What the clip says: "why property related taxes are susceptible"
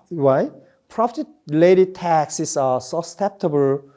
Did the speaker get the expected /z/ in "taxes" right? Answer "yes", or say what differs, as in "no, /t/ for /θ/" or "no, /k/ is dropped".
no, /s/ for /z/